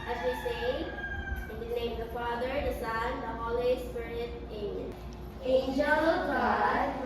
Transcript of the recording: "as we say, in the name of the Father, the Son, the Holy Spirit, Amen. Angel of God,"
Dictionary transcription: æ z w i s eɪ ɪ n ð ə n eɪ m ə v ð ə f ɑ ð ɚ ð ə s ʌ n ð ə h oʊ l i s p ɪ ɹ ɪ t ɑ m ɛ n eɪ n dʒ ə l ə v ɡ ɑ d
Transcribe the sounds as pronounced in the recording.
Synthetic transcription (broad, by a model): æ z w i s eɪ ɪ n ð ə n eɪ ə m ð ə f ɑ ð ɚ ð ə s ʌ n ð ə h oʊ l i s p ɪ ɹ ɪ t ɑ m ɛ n eɪ n dʒ ə l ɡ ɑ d